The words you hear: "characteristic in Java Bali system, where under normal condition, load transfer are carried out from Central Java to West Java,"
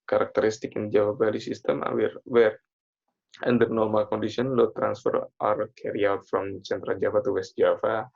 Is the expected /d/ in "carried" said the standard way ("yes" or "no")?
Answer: no